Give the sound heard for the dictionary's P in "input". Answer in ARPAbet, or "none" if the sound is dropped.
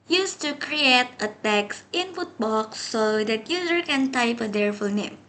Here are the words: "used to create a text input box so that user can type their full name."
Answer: F